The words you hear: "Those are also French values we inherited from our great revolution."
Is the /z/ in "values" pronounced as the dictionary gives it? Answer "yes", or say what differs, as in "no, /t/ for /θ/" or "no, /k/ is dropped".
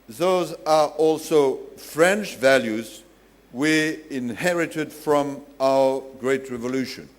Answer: yes